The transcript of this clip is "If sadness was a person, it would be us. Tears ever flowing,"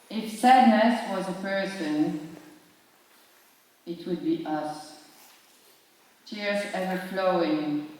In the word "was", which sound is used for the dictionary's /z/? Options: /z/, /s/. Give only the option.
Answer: /z/